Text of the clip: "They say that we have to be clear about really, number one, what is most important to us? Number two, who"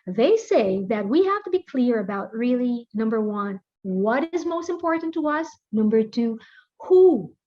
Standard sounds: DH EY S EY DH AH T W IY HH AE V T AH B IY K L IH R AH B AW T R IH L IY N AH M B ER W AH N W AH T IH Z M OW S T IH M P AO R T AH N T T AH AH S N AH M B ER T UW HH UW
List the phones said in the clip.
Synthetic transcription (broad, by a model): DH EY S EY DH AH T W IY HH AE F T AH B IY K L IH R AH B AW T R IH L IY N AH M B ER W AH N W AH T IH Z M OW S T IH M P AO R T N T T AH AH S N AH M B ER T UW HH UW